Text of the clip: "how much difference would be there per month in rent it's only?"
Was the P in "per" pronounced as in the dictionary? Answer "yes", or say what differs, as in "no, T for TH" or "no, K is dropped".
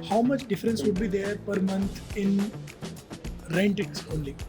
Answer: yes